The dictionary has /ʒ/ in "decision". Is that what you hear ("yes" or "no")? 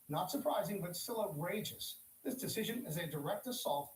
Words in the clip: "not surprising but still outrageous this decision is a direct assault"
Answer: yes